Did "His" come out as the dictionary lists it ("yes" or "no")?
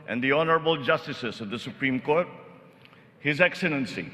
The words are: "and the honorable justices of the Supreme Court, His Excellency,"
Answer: yes